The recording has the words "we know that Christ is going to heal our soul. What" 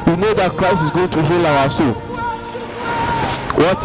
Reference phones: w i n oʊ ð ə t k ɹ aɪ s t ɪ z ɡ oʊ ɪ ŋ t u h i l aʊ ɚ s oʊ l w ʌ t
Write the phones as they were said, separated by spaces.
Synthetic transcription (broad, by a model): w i n oʊ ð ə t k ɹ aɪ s ɪ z ɡ oʊ ɪ ŋ t u h i l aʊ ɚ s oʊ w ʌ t